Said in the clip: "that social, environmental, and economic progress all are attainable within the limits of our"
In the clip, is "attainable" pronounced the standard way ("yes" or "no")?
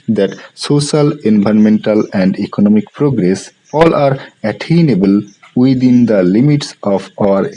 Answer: yes